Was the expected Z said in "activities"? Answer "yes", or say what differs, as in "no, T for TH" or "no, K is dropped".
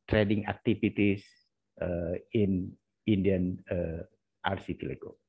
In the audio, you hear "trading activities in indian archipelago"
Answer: no, S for Z